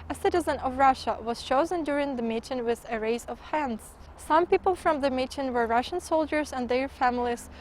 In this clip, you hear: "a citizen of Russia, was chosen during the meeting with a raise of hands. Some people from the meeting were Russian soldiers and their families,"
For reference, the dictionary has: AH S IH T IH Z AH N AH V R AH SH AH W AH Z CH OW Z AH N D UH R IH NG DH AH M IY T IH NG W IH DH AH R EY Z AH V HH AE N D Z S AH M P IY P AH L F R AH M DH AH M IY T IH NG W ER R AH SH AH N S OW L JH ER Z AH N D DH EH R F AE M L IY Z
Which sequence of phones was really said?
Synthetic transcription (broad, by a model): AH S IH T IH Z AH N AH V R AH SH AH W AH Z CH OW Z AH N D UH R IH NG DH AH M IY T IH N W IH DH AH R EY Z AH V HH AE N D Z S AH M P IY P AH L F R AH M DH AH M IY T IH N W ER R AH SH AH N S OW L JH ER Z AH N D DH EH R F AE M L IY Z